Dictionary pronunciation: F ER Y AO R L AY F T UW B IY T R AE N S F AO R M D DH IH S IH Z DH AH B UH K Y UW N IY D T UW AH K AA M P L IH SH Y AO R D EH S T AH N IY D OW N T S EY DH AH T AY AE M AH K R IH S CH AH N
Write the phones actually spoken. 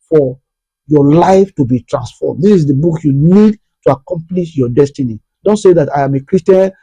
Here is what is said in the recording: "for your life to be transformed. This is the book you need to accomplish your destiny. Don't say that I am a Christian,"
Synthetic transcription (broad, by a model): F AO Y AO L AY F T UW B IY T R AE N S F AO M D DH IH S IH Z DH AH B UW K Y UW N IY D T UW AH K AA M P L IH SH Y AO D EH S T AH N IY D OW N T S EY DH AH T AY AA M AH K R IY S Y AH N